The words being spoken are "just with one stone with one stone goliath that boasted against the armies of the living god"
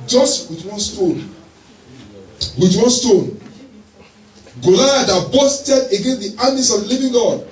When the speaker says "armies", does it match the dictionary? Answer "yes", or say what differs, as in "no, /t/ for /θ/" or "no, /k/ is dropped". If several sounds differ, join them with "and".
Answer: no, /s/ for /z/